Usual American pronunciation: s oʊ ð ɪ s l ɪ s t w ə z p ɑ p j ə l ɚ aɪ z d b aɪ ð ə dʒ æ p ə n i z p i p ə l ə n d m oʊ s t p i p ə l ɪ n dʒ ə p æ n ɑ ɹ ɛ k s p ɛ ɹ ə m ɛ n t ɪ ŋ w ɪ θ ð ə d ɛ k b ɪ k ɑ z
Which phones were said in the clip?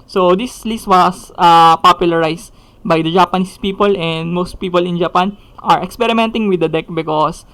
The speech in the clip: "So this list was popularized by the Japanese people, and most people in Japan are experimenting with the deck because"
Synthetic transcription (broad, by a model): s oʊ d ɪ s l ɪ s t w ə s p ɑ p j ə l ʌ aɪ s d b aɪ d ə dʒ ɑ p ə n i s p i p ə l ə n d m oʊ s t p i p ə l ɪ n dʒ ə p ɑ n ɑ ɹ ɛ k s p ɛ ɹ ə m ɛ n t ɪ ŋ w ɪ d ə d ɛ k b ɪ k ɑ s